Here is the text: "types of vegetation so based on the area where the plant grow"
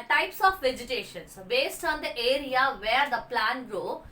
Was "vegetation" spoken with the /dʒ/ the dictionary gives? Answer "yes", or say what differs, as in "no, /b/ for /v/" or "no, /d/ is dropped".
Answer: yes